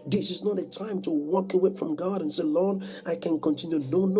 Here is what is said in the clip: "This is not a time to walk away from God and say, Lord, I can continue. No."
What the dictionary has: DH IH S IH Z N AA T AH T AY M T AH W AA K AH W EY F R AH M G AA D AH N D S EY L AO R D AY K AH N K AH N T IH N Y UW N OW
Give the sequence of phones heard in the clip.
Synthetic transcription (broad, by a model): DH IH S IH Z N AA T AH T AY M T AH W AA K AH W EY F R AH M G AA D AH N S EY L AO R D AY K AH N K AH N T IH N Y UW N OW